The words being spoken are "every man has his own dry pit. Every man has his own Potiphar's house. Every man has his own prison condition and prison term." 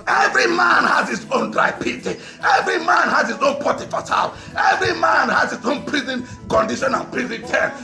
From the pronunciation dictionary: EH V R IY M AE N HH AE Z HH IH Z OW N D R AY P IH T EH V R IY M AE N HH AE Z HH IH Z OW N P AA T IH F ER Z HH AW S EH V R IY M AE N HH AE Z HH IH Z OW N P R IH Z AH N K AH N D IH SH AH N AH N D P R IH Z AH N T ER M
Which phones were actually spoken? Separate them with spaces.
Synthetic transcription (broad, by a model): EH V R IY M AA N HH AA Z HH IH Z OW N D R AY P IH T EH V R IY M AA N HH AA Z HH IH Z OW N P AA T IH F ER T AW EH V R IY M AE N HH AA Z HH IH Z OW N P R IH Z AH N K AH N D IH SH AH N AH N P R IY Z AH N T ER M